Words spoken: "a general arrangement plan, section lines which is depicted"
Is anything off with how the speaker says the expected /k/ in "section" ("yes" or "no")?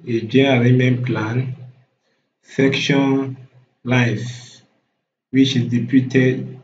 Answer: no